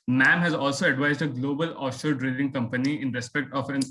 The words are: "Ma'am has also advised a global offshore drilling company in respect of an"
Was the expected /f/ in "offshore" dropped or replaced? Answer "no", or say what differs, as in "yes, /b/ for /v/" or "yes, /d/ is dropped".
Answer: yes, /f/ is dropped